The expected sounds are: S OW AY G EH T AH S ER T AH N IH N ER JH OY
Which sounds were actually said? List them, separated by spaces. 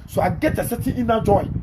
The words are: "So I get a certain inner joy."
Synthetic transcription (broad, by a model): S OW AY G EH T AH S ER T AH IH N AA JH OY